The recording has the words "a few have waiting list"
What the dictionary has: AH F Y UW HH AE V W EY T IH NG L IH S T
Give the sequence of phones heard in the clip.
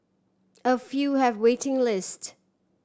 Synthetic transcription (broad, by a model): AH F Y UW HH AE V W EY T IH NG L IH S T